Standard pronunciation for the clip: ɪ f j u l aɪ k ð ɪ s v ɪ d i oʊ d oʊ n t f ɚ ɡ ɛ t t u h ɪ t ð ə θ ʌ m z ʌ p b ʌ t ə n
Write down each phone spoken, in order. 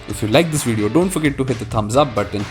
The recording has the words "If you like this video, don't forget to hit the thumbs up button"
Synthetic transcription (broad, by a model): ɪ f j u l aɪ k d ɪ s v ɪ d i oʊ d oʊ n t f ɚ ɡ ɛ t t u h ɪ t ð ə t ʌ m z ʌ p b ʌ t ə n